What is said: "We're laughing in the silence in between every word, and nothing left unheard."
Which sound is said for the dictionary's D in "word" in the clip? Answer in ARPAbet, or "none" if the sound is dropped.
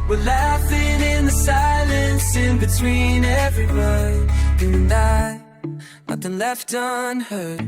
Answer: none